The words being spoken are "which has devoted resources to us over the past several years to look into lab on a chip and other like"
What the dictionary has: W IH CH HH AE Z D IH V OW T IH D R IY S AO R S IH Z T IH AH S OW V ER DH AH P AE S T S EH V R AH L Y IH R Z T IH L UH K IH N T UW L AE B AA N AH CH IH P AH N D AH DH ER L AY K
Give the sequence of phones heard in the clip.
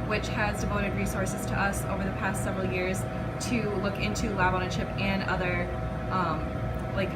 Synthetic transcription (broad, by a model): W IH CH HH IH Z D IH V OW T IH D R IY S AO R S IH Z T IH AH S OW V ER DH AH P AE S T S EH V R L Y IH R Z T IH L UH K IH N T UW L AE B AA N AH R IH P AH N AH DH ER L AY K